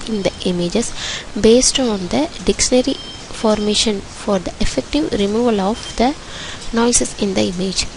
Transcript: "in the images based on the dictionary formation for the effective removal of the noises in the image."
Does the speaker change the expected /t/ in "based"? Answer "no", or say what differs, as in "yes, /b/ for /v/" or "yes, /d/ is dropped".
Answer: no